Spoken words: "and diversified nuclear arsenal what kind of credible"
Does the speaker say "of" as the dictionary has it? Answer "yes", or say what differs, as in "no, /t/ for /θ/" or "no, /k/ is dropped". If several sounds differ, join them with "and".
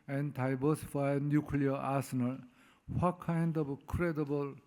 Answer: no, /b/ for /v/